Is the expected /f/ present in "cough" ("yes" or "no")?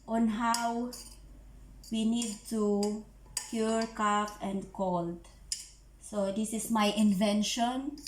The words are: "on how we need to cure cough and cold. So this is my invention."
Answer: no